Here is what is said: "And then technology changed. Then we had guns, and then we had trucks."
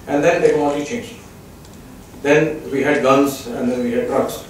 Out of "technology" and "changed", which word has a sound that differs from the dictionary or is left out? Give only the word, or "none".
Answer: technology